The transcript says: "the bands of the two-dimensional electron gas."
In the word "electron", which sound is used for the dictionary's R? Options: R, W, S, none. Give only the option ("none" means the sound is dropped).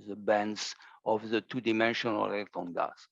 none